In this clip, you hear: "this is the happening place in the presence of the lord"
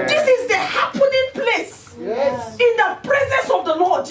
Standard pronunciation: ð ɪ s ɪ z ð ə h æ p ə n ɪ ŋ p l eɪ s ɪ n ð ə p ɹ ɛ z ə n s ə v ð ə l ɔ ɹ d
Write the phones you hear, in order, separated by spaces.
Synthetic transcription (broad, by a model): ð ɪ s ɪ z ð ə h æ p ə n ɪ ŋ p l eɪ s ɪ n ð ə p ɹ ɛ z ə n s ə v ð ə l ɔ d